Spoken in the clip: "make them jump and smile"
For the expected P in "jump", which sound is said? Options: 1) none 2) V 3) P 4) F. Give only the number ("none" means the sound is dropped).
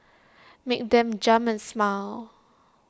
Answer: 1